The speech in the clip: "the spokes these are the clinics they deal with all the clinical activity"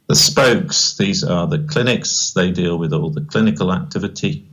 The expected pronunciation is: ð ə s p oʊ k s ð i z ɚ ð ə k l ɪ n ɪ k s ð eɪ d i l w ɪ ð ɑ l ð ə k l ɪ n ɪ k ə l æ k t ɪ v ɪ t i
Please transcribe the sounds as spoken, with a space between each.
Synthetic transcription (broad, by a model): ð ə s p oʊ k s ð i z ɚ ð ə k l ɪ n ɪ k s ð eɪ d i l w ɪ ð ɑ l ð ə k l ɪ n ɪ k ə l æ k t ɪ v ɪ t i